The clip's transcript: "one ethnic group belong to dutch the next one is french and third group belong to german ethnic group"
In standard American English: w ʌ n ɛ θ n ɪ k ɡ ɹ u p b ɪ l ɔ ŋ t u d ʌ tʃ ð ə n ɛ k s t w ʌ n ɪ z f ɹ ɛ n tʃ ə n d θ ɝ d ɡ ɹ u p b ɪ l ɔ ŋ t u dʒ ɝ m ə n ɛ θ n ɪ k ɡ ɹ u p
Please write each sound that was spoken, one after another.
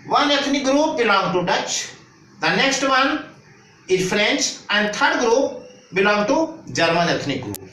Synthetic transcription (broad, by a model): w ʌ n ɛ t n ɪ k ɡ ɹ u p b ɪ l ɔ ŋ t u d ʌ tʃ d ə n ɛ k s t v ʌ n ɪ z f ɹ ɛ n tʃ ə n d t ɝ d ɡ ɹ u p b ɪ l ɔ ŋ t u dʒ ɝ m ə n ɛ t n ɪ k ɡ ɹ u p